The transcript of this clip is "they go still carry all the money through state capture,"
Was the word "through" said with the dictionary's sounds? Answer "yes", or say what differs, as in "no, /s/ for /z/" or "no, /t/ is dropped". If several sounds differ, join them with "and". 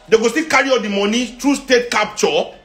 no, /t/ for /θ/